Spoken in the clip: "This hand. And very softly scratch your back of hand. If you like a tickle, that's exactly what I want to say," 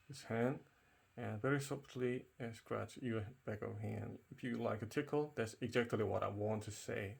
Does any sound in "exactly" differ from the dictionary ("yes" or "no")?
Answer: no